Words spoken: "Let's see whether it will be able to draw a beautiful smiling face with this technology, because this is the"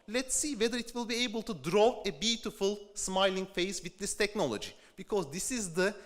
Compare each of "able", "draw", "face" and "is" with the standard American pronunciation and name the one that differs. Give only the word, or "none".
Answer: none